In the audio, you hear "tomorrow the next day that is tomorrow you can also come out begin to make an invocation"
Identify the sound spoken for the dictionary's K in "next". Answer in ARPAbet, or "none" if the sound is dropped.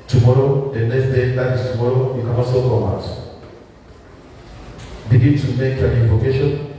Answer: none